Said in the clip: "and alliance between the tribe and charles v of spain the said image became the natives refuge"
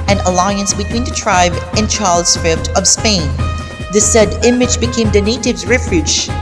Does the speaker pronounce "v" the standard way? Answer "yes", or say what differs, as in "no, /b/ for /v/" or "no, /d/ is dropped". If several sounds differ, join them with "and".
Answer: no, /f/ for /v/